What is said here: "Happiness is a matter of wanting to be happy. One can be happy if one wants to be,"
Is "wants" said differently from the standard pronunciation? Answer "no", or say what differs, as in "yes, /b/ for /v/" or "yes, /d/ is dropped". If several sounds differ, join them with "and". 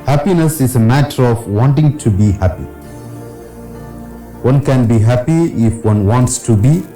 no